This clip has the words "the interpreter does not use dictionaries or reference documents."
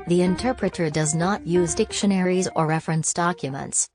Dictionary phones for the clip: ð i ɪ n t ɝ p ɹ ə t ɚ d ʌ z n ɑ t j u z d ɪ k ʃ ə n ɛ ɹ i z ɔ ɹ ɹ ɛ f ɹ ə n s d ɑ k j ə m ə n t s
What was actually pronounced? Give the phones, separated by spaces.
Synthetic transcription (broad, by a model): ð i ɪ n t ɝ p ɹ ə t ɚ d ʌ z n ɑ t j u z d ɪ k ʃ ə n ɛ ɹ i z ɔ ɹ ɹ ɛ f ɹ ə n s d ɑ k j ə m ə n t s